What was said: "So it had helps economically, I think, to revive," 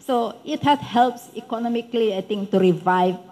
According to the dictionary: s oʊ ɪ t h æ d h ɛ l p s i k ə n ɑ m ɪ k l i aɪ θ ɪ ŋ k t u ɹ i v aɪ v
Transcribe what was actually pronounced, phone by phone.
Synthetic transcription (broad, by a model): s oʊ ɪ t h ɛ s h ɛ l p s i k ə n ɑ m ɪ k l i aɪ t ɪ ŋ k t u ɹ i v aɪ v